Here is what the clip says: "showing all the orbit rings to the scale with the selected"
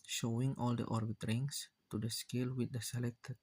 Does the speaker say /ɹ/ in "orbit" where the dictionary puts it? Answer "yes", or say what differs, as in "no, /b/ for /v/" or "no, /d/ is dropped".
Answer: yes